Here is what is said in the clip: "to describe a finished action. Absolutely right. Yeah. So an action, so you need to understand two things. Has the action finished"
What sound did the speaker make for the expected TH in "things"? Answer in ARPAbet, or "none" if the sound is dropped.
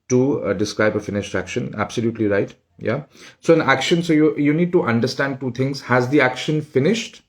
T